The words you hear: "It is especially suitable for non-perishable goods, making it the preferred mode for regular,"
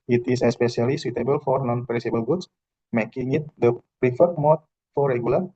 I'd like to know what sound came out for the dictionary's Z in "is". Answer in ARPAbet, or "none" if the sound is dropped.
S